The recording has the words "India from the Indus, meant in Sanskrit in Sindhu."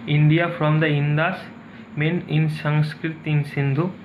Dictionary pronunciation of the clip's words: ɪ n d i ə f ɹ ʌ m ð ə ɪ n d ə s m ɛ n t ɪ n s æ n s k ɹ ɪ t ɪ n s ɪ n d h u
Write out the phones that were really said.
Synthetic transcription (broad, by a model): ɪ n d i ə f ɹ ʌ m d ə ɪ n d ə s m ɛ n ɪ n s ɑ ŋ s k ɹ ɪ t ɪ n s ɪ n d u